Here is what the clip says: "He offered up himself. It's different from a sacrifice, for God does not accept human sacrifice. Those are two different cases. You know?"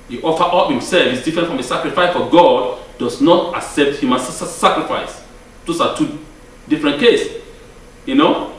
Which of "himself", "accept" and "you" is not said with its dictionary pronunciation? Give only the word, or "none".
none